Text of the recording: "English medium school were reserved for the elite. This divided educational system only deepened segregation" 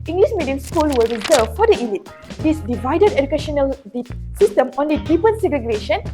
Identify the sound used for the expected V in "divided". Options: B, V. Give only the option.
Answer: V